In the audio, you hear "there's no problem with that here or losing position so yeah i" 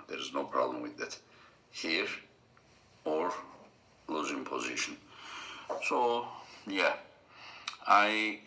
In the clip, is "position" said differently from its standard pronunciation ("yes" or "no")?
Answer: no